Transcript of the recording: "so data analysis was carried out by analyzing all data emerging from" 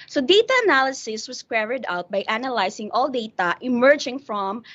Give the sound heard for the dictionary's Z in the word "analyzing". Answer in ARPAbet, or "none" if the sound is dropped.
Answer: S